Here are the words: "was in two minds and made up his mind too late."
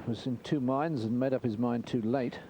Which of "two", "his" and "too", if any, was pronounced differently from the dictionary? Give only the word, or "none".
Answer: none